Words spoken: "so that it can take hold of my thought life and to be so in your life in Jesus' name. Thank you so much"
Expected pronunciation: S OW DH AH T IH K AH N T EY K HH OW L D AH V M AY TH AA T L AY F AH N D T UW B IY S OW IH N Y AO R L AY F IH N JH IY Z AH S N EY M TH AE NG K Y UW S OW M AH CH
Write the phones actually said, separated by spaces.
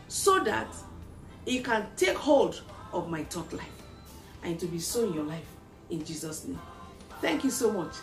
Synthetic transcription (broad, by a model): S OW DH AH T IH K AH N T EY K HH OW L D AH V M AY T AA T L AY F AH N T UW B IY S OW IH N Y AO L AY F IH N JH IY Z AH S N EY M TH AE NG K Y UW S OW M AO CH